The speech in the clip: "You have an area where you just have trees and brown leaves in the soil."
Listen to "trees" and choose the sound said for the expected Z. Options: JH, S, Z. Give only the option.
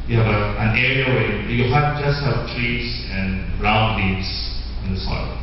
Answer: S